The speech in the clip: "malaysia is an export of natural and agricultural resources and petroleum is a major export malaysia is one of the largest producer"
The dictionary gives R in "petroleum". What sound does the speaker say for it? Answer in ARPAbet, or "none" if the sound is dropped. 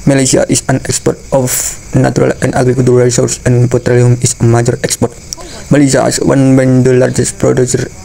R